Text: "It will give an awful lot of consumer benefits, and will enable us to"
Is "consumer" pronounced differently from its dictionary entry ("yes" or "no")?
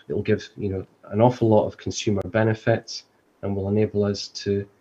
no